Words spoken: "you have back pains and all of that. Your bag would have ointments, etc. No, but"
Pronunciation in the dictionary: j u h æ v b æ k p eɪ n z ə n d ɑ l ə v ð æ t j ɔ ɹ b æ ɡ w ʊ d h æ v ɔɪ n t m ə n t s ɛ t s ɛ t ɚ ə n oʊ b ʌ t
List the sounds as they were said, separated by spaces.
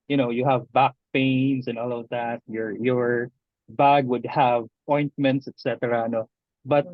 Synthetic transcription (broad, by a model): j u h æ v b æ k p eɪ n s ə n ɑ l ə v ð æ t j ɔ ɹ b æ ɡ w ʊ d h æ v ɔɪ n t m ə n t s ɛ t s ɛ t ɚ ə n oʊ b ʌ t